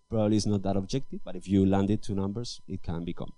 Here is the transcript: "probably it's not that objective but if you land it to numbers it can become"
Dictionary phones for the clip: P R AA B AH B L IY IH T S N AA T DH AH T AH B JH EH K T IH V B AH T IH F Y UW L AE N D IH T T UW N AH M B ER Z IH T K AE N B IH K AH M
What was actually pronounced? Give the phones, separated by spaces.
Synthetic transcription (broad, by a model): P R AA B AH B L IY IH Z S N AA T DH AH T AH B JH EH K T IH V B AH T IH F Y UW L AE N D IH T T UW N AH M B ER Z IH T K AE N B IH K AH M